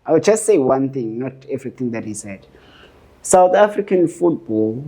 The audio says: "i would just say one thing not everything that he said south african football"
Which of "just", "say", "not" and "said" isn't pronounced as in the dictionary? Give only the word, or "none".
none